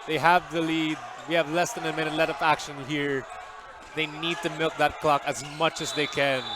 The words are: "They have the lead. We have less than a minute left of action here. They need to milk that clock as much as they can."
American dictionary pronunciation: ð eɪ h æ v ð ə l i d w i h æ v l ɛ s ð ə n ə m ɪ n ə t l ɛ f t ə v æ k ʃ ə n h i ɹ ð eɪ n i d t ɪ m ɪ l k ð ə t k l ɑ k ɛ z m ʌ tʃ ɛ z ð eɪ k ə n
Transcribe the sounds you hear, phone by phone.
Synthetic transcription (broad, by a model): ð eɪ h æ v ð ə l i d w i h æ v l ɛ s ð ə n ə m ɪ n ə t l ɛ t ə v æ k ʃ ə n h i ɹ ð eɪ n i d t ɪ m ɪ l k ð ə t k l ɑ k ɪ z m ʌ tʃ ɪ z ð eɪ k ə n